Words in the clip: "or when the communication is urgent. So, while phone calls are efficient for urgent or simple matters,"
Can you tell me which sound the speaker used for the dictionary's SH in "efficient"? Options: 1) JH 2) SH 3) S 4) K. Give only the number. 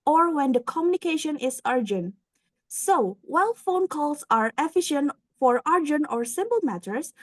2